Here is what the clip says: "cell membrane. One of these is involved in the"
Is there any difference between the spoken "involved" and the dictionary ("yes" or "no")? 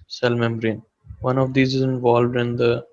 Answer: no